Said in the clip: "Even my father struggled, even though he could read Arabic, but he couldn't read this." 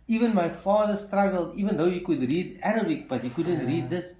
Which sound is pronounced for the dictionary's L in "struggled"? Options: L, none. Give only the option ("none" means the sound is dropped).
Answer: L